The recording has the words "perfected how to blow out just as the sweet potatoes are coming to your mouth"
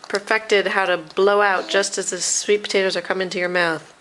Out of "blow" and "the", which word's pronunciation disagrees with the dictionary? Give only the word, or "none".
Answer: none